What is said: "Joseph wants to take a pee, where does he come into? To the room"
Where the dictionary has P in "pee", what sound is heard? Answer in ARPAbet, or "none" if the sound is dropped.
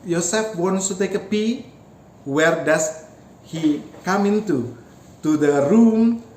P